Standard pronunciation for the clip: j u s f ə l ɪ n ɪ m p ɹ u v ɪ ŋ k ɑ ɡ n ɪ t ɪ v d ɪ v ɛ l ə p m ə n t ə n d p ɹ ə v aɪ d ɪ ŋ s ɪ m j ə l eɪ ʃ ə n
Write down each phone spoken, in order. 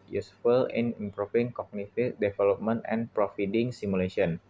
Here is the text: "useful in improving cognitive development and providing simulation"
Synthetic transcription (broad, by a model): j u s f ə l ɪ n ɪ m p ɹ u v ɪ ŋ k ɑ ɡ n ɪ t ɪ d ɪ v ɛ l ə p m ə n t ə n p ɹ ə f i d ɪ ŋ s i m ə l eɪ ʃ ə n